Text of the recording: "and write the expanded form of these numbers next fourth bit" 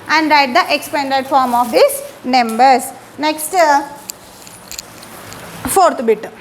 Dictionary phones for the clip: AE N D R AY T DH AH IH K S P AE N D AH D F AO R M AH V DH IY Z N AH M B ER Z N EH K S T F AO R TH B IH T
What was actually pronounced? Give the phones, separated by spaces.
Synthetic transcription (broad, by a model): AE N D R AY T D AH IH K S P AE N D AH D F AO R M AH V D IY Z N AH M B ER S N EH K S T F AO R T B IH T